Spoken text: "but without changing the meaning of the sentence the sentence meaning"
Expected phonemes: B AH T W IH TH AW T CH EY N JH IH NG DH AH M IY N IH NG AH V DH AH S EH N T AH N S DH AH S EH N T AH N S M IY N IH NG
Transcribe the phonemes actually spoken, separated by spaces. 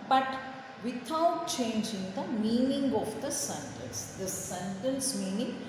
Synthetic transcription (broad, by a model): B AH T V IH T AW T CH EY N JH IH NG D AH M IY N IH NG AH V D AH S EH N T AH N S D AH S EH N T AH N S M IY N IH NG